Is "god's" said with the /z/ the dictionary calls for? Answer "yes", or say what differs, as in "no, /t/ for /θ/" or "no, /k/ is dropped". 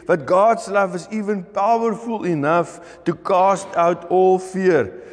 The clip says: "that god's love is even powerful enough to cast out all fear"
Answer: no, /s/ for /z/